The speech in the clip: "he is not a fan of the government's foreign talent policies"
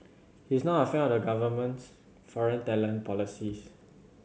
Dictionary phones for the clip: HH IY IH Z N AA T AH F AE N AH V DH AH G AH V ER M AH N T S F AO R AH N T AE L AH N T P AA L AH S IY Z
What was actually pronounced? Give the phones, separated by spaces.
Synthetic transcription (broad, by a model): HH IY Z N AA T AH F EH AH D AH G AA V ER M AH N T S F AO R AH N T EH L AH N P AA L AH S IY S